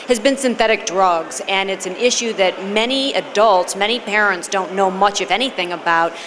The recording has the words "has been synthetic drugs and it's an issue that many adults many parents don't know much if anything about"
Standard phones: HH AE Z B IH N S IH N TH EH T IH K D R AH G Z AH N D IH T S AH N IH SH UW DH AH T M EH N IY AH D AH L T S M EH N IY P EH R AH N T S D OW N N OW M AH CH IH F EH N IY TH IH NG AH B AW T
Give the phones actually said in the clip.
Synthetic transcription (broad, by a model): HH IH Z B IH N S IH N TH EH T IH K D R AH G Z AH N IH T S AH N IH SH UW DH AH T M EH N IY AH D AH L T S M EH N IY P EH R AH N T S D OW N N OW M AH CH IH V EH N IY TH IH NG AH B AW T